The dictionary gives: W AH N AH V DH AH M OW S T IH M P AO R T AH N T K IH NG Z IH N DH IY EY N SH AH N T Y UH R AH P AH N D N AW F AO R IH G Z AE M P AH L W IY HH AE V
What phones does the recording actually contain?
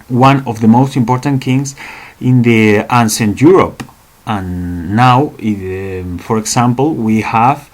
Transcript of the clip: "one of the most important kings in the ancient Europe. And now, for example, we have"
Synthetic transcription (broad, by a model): W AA N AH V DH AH M OW S T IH M P AO R T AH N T K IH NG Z IH N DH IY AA N S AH N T Y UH R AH P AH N N AW F AO R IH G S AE M P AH L W IY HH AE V